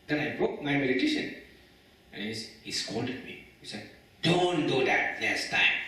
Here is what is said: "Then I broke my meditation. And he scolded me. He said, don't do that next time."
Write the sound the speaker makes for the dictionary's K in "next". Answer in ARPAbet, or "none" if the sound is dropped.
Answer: none